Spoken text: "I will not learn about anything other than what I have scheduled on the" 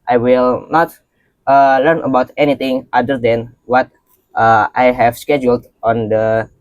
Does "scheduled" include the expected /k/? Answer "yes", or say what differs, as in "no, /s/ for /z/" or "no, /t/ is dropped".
yes